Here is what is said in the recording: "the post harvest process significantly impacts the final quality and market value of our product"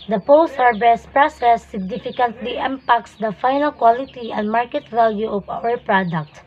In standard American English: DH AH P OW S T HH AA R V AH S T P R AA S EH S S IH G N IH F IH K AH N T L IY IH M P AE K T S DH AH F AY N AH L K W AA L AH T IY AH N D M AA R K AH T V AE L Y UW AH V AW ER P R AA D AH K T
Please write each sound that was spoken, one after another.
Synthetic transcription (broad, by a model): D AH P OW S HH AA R B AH S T P R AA S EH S S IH G N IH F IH K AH N T L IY IH M P AE K T S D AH F AY N AH L K W AA L AH T IY AH N D M AA R K AH T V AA L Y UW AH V AW ER P R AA D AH K T